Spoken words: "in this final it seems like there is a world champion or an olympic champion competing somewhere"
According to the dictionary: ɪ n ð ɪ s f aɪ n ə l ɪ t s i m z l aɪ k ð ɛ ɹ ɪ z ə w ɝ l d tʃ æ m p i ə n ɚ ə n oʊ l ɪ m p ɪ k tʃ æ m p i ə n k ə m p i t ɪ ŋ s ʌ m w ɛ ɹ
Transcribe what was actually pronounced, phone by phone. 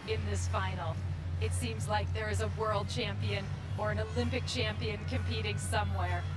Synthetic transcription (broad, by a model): ɪ n ð ɪ s f aɪ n l ɪ t s i m z l aɪ k ð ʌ ɹ ɪ z ə w ɝ l d tʃ æ m p i ə n ɚ ə n oʊ l ɪ m p ɪ k tʃ æ m p i ə n k ə m p i t ɪ ŋ s ʌ m w ɛ ɹ